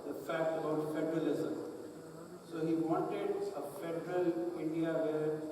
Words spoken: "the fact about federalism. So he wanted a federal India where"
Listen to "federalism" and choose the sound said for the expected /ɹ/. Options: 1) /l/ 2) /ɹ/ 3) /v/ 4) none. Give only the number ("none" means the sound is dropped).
2